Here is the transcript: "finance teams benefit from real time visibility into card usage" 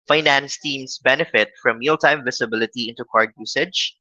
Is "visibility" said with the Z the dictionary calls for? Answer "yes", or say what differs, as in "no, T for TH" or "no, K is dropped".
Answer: no, S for Z